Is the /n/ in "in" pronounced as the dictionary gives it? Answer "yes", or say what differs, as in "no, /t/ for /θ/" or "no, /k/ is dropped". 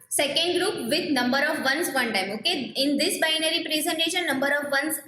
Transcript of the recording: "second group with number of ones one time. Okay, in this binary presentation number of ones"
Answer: yes